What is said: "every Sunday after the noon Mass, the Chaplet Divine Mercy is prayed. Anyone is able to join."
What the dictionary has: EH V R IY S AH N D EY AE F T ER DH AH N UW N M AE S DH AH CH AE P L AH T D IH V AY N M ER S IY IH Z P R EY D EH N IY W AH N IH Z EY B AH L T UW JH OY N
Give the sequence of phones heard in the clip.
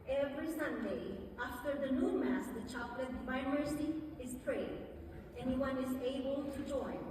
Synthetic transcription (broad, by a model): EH V R IY S AH N D EY AE F T ER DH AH N UW N M AE S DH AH CH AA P L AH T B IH IH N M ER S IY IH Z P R EY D EH N IY W AH N IH Z EY B AH L T UW JH OY N